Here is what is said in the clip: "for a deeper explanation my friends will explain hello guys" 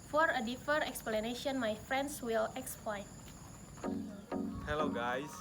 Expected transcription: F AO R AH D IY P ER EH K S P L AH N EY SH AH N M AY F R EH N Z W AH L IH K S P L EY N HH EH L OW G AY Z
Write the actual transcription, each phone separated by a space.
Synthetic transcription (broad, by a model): F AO R AH D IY F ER EH K S P L AH N EY SH AH N M AY F R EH N S W AH L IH K S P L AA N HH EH L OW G AY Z